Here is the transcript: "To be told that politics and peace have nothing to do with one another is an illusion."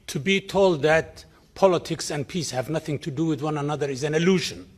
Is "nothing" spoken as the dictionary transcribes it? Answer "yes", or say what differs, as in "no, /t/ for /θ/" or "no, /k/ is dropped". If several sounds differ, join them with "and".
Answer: yes